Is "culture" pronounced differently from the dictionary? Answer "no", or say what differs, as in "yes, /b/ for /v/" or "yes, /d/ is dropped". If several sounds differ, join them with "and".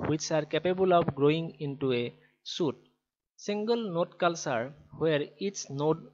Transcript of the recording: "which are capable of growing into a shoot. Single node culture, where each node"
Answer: yes, /s/ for /tʃ/